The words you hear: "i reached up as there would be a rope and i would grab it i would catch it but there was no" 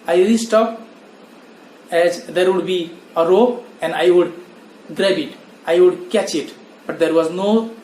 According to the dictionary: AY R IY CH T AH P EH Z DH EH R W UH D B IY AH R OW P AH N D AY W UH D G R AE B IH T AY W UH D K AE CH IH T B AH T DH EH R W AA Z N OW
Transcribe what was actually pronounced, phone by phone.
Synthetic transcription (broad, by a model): AY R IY S T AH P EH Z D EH R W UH D B IY AH R OW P AH N D AY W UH D G R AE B IH T AY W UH D K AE CH IH T B AH T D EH R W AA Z N OW